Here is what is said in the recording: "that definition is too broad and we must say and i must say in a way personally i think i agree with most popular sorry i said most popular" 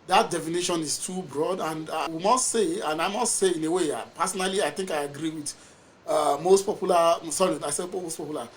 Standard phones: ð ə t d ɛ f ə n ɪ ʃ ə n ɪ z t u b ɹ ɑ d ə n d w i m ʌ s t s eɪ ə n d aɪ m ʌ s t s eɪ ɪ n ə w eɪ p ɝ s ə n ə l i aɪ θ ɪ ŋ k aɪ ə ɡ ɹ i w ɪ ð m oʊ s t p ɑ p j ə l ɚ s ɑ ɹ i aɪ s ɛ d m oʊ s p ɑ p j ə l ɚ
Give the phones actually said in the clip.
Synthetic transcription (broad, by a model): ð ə t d ɛ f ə n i ʃ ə n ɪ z t u b ɹ ɑ d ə n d w i m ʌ s t s eɪ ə n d aɪ m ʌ s t s eɪ ɪ n ə w eɪ p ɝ s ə n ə l i aɪ θ ɪ ŋ k aɪ ə ɡ ɹ i w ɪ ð m oʊ s t p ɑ p j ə l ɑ s ɑ ɹ i aɪ s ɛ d m oʊ s p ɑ p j l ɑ